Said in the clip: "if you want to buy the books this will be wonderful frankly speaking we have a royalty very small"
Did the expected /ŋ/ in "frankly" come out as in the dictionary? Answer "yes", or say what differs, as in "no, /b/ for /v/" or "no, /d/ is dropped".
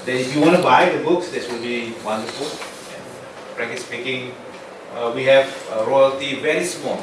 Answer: no, /ŋ/ is dropped